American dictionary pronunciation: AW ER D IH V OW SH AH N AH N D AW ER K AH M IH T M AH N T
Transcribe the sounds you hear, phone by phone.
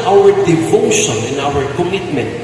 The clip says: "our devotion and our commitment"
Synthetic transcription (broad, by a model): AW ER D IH F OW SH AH N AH N AW ER K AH M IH T M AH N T